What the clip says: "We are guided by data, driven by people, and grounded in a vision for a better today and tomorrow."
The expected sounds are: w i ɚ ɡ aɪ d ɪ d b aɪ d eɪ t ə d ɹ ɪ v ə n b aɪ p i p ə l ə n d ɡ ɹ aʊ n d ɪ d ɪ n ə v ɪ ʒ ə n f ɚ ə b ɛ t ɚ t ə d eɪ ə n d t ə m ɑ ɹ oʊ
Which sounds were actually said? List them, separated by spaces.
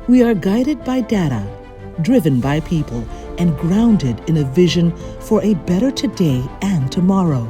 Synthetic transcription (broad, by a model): w i ɚ ɡ aɪ d ɪ d b aɪ d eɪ t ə d ɹ ɪ v ə n b aɪ p i p ə l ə n ɡ ɹ aʊ n d ɪ d ɪ n ə v ɪ ʒ ə n f ɚ ə b ɛ t ɚ t ə d eɪ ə n t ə m ɑ ɹ oʊ